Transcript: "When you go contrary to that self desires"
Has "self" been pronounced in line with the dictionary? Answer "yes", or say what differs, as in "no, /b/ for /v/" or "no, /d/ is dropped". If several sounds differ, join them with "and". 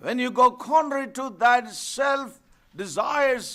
yes